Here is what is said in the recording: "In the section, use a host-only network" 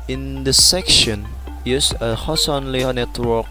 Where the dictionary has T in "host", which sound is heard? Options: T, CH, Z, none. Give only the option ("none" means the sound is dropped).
none